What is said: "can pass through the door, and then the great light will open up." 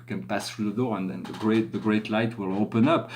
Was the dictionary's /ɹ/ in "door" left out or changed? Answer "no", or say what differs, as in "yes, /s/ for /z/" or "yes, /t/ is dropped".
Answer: no